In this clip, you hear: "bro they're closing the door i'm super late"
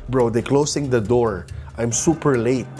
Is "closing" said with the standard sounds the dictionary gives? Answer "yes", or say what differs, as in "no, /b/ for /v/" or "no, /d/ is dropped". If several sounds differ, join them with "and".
no, /s/ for /z/